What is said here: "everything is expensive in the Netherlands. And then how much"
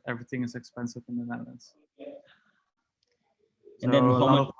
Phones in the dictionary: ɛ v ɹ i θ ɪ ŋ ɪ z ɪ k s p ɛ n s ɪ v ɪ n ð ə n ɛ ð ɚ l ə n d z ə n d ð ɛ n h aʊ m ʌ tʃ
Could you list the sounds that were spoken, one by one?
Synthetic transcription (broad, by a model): ɛ v ɹ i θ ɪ ŋ ɪ z ɪ k s p ɛ n s ɪ v ɪ n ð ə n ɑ ɪ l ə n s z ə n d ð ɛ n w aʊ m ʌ